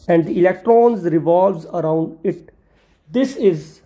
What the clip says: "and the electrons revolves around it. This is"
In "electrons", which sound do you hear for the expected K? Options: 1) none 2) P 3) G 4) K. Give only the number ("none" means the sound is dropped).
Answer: 4